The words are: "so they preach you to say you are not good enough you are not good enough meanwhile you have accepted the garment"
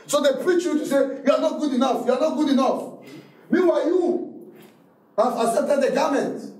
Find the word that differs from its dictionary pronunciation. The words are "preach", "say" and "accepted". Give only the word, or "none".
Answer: accepted